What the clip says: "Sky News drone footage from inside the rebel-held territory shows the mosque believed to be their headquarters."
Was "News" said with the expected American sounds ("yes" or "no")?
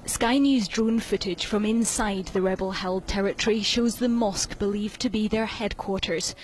yes